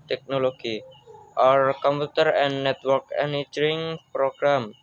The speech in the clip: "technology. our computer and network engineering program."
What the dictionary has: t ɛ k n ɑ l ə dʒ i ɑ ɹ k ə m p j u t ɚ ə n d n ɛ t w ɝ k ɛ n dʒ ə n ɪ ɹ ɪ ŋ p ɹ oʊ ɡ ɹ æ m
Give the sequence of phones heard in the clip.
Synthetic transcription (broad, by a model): t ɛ k n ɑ l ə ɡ i ɑ ɹ k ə m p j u t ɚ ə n n ɛ t w ɝ k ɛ n ə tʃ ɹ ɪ ŋ p ɹ oʊ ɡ ɹ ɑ m